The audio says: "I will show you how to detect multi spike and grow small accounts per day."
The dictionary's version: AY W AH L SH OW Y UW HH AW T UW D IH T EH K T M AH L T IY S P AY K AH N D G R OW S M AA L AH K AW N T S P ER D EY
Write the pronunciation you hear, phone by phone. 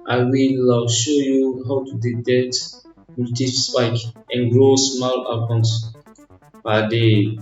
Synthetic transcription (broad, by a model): AY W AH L SH OW Y UW HH AW T UW D IH T EH K T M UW T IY S P AY K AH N G R OW S M AA L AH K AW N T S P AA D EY